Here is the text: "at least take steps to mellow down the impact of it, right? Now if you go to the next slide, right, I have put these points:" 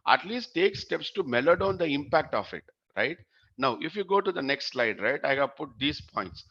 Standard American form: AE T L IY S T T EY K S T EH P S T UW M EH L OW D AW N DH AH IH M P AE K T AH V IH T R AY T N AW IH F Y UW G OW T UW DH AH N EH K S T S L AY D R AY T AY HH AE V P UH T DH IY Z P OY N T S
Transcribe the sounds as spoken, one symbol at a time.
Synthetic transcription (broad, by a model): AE T L IY S T T EY K S T EH P S T UW M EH L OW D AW N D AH IH M P AE K T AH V IH T R AY T N AW IH F Y UW G OW T UW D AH N EH K S T S L AY D R AY T AY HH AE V P UH T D IY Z P OY N T S